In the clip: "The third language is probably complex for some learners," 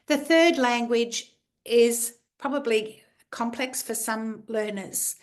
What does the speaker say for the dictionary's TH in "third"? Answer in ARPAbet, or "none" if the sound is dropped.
TH